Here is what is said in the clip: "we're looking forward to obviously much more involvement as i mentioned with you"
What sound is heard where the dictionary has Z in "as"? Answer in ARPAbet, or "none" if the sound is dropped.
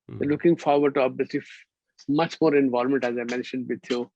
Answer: Z